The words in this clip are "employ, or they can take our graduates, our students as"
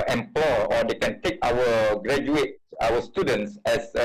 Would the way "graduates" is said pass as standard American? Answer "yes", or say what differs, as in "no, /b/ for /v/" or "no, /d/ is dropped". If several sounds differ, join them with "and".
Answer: no, /s/ is dropped